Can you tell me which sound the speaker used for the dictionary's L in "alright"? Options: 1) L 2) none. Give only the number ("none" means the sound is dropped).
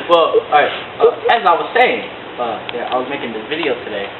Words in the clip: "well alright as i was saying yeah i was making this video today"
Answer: 2